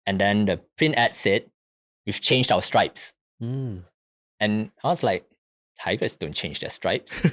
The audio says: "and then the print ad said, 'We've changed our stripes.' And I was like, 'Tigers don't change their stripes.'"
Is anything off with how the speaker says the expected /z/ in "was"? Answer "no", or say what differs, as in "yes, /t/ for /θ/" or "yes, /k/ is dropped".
yes, /s/ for /z/